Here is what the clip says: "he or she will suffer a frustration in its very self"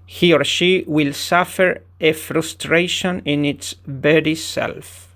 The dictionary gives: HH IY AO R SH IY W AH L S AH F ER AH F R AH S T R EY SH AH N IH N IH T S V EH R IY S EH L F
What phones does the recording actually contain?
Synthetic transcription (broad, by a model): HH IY AO R SH IY W AH L S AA F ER AH F R AH S T R EY SH AH N IH N IH T S B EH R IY S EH L F